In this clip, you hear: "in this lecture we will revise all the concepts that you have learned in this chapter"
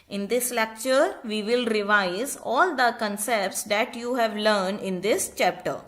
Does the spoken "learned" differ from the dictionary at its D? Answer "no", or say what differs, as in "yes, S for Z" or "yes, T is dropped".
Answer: no